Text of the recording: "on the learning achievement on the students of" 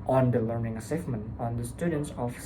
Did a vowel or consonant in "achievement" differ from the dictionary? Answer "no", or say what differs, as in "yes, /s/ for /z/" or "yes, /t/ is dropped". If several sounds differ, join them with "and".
yes, /s/ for /tʃ/